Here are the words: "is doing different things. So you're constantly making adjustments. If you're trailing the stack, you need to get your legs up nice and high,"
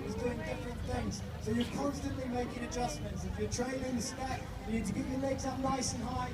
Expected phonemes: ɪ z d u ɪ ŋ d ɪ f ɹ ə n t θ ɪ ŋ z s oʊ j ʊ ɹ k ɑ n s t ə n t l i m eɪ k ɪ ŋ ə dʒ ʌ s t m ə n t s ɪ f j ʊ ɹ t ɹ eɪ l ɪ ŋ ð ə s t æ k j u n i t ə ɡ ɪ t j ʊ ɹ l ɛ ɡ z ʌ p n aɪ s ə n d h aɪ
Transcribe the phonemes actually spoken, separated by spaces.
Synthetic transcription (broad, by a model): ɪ z d u ɪ ŋ d ɪ f ɹ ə n θ ɪ ŋ z s oʊ j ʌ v k ɑ n s t ə n t l i m eɪ k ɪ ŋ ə dʒ ʌ s m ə n t s ɪ f j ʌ ɹ t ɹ eɪ n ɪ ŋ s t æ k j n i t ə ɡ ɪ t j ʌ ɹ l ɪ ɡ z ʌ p n aɪ s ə n h aɪ